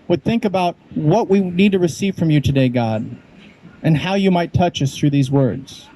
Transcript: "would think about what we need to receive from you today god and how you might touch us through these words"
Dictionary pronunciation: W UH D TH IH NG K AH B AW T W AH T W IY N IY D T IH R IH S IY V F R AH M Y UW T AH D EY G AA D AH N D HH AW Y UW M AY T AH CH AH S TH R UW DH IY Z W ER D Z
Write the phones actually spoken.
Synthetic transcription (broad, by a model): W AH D TH IH NG K AH B AW T W AH T W IY N IY D T IH R IH S IY V F R AH M Y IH T AH D EY G AA D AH N HH AW Y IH M AY T AH CH AH S TH R UW DH IY Z W ER D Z